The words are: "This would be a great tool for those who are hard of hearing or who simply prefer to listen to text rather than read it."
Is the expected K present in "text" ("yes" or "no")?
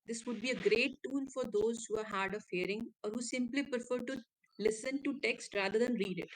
yes